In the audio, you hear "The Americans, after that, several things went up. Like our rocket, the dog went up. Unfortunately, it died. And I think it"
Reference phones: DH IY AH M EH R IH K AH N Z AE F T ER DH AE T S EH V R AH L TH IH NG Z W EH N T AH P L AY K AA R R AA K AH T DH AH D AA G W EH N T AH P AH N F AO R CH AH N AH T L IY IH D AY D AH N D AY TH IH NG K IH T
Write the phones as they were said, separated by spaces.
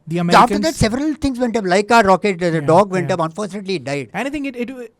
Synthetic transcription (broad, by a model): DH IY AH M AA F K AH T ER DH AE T S EH V R AH L T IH NG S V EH N T AH P L AY K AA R R AA K AH T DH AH D AA G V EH N T AH P AH N F AO R CH AH N AH T L IY D AY D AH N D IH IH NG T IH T